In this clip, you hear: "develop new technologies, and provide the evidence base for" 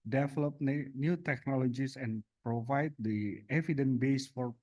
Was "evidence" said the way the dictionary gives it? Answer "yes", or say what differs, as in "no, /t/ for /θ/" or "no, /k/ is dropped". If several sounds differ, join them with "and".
no, /s/ is dropped